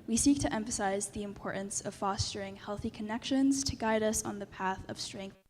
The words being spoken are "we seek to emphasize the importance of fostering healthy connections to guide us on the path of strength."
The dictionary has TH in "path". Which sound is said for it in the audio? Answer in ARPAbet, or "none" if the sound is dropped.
TH